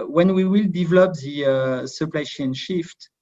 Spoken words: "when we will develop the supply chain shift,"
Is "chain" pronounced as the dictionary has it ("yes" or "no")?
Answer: no